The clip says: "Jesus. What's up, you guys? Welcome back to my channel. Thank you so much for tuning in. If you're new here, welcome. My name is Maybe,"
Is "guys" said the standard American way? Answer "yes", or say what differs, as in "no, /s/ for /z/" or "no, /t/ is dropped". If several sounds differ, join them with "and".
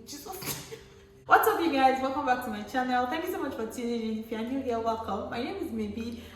yes